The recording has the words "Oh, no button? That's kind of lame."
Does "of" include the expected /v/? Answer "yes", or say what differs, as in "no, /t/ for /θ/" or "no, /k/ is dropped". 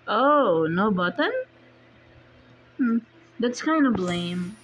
no, /b/ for /v/